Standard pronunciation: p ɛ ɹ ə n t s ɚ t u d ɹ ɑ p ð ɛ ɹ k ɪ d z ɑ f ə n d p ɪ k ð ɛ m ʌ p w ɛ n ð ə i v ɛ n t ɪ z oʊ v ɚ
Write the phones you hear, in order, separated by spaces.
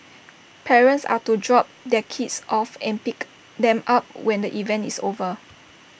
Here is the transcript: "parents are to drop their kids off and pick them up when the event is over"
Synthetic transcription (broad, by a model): p ɛ ɹ ə n t s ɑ t u d ɹ ɑ p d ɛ k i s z ɑ f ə n p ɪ k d ɛ m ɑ p w ɛ n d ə i v ɛ n t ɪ s oʊ v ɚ